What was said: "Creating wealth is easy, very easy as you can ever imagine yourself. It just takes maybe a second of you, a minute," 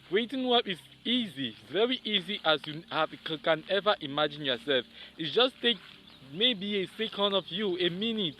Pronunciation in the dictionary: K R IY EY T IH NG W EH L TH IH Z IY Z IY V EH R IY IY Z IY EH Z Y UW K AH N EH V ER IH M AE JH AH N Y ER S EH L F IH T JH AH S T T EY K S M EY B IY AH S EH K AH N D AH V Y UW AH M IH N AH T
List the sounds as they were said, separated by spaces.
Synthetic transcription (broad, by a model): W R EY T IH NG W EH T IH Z IY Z IY V EH R IY IY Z IY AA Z Y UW K AH N EH V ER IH M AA JH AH N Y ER S EH L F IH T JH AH S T T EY K M EY B IY AH S EH K AH N D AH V Y UW AH M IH N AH T